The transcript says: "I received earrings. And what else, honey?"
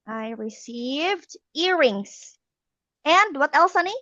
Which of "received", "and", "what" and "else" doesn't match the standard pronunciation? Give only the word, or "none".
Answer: none